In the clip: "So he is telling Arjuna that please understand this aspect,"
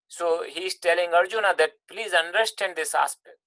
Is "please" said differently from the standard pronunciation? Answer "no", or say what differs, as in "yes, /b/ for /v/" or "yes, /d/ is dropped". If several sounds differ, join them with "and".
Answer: no